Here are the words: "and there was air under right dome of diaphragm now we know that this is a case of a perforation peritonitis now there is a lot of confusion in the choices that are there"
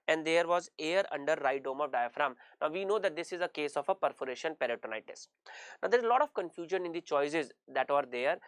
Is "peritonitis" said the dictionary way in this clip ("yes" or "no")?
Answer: yes